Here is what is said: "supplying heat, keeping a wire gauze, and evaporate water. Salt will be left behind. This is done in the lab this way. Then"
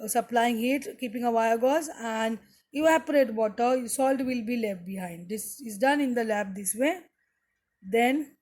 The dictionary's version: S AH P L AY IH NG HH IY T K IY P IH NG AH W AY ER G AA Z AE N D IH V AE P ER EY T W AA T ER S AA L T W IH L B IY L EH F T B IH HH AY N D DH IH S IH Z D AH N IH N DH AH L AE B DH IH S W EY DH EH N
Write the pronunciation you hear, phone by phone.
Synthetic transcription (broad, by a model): S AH P L AY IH NG HH IY T K IY P IH NG AH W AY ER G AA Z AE N D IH AE P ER EY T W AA T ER S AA L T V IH L B IY L EH F T B IH HH AY N D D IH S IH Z D AH N IH N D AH L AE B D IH S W EY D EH N